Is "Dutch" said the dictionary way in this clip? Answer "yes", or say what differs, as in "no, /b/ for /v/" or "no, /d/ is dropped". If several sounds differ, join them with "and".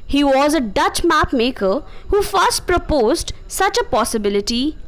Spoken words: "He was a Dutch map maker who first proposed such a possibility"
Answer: yes